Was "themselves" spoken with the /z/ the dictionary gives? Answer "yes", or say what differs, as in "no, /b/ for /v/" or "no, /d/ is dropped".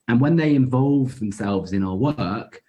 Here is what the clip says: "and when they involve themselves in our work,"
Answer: yes